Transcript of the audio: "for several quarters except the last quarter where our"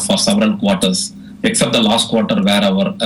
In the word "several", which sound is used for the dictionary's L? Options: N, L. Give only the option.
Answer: N